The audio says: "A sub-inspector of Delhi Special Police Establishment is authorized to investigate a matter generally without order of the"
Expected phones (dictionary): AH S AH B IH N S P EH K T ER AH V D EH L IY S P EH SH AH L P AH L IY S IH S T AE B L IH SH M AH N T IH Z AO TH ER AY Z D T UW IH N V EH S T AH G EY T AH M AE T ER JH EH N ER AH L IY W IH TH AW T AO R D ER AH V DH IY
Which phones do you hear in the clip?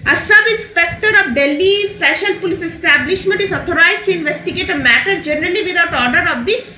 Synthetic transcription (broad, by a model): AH S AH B IH N S P EH K T ER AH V D EH L IY S P EH SH AH L P AH L IY S IH S T AE B L IH SH M AH N T IH Z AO T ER AY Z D T UW IH N V EH S T AH G EY T AH M AE T ER JH EH N ER AH L IY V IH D AW T AO R D ER AH V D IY